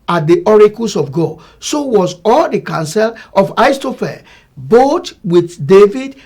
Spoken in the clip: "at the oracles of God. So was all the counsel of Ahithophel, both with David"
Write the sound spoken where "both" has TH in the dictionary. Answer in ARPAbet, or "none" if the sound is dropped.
T